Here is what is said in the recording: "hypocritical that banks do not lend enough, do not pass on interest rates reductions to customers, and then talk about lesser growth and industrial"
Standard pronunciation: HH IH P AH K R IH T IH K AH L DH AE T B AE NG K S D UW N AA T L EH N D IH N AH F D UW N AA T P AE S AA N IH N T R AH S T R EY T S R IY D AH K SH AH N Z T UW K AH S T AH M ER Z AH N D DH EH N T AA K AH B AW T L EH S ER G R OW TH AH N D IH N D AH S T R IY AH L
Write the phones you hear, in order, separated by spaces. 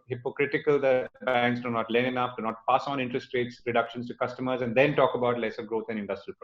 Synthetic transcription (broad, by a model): HH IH P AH K R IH T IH K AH L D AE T B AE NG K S D UW N AA T L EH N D IH N AH F D UW N AA T P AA S AA N IH N T R AH S T R EY T S R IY D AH K SH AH N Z T UW K AH S T AH M ER Z AH N D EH N T AA K AH B AW T L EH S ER G R OW T AH N D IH N D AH S T R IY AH L